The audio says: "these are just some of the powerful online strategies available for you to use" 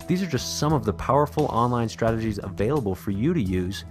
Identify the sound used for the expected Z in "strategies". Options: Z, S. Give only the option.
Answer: Z